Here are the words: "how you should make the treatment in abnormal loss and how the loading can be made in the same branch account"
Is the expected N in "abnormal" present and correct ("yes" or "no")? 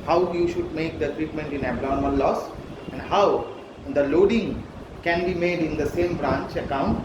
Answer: no